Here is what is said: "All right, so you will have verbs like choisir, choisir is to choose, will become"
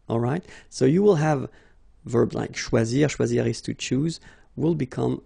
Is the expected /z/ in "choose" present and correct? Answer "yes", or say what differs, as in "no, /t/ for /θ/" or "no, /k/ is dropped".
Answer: yes